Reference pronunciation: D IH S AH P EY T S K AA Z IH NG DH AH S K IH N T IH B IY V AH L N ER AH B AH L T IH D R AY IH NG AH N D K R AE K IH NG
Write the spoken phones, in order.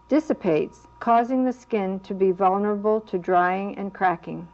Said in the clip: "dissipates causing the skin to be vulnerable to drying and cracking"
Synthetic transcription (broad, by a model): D IH S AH P EY T S K AA Z IH NG DH AH S K IH N T IH B IY V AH L N ER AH B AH L T IH D R AY IH NG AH N K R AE K IH NG